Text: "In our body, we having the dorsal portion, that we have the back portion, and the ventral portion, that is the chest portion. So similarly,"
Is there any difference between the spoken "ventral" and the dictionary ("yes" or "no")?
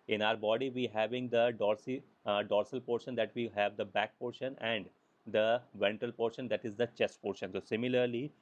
yes